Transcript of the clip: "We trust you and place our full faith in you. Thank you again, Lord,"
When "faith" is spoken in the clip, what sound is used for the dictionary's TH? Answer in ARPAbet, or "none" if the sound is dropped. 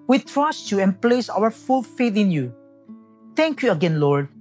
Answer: T